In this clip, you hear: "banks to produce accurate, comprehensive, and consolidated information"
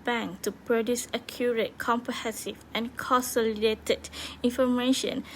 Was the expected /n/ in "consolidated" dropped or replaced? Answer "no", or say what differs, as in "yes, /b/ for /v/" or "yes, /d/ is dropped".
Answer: no